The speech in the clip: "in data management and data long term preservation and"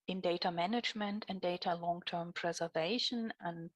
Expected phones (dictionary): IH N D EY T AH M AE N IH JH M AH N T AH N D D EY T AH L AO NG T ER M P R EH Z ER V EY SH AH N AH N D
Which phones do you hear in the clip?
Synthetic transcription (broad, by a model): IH N D EY T AH M AE N IH JH M AH N T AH N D D EY T AH L AO NG T ER M P R EH Z ER V EY SH AH N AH N